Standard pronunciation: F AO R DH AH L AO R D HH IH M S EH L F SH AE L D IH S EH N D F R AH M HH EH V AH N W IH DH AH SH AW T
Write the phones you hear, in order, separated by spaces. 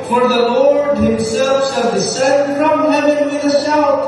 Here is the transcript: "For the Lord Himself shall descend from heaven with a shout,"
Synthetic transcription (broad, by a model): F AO R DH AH L AO R D HH IH M S EH L F S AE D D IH S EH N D F R AH M HH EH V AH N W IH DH AH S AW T